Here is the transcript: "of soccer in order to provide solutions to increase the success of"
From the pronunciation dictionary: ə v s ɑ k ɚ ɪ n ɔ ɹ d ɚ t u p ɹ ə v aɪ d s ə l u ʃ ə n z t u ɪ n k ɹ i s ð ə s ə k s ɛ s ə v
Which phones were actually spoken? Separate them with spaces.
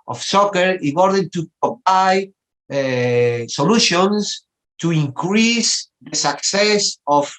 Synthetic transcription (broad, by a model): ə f s ɑ k ɚ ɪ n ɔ ɹ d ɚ t u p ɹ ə p aɪ s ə l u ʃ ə n s t u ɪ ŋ k ɹ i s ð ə s ə k s ɛ s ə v